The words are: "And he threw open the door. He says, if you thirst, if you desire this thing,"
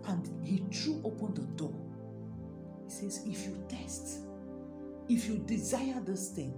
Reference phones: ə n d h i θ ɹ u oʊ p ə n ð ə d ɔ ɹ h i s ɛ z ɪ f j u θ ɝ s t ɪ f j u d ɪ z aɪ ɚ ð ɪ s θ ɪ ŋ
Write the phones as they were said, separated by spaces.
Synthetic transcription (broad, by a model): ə n d h i t ɹ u oʊ p ə n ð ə d ɔ h i s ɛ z ɪ f j u t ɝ s t ɪ f j u d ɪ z aɪ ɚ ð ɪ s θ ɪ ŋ